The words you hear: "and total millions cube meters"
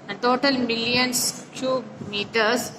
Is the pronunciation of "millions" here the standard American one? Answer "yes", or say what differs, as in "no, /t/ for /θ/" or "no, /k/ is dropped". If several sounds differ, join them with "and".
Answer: no, /s/ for /z/